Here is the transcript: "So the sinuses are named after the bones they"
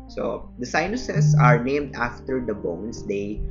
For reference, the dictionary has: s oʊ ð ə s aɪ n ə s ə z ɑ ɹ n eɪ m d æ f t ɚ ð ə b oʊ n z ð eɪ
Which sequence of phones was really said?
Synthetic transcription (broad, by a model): s oʊ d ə s aɪ n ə s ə s ɑ ɹ n eɪ m d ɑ f t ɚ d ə b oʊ n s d eɪ